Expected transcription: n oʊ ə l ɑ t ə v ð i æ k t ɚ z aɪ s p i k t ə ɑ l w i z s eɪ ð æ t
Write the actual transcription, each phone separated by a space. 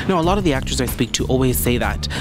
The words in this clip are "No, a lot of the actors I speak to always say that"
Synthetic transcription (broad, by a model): n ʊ ə l ɑ t ə v ð i æ k t ɚ z aɪ s p i k t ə ɑ l w i z s eɪ ð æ t